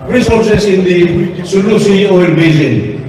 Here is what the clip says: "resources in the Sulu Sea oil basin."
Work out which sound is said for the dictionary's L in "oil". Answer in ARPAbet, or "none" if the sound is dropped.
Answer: N